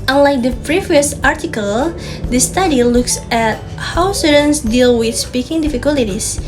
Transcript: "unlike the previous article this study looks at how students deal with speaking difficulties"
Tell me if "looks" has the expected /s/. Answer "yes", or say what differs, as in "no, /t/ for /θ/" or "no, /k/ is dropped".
yes